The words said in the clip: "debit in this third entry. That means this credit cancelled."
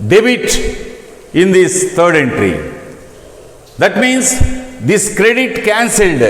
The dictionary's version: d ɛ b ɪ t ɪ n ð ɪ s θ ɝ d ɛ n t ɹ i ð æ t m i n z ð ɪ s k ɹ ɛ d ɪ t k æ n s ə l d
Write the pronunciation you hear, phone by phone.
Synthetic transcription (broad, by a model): d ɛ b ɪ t ɪ n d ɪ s t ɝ d ɛ n t ɹ i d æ t m i n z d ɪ s k ɹ ɛ d ɪ t k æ n s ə l d